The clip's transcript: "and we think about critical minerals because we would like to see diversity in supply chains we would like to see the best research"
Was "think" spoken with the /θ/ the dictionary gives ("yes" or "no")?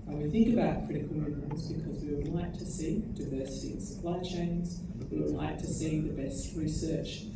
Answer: yes